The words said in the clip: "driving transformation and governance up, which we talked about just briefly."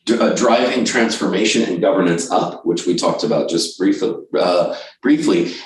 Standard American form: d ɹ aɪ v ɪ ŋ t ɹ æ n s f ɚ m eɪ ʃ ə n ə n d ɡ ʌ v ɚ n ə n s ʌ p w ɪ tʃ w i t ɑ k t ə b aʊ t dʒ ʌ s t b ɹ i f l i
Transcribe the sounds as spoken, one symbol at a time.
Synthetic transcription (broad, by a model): d ɹ aɪ v ɪ ŋ t ɹ æ n s f ɚ m eɪ ʃ ə n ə n ɡ ʌ v ɚ n ə n s ʌ p w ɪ tʃ w i t ɑ k t ə b aʊ t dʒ ʌ s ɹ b ɹ i f l i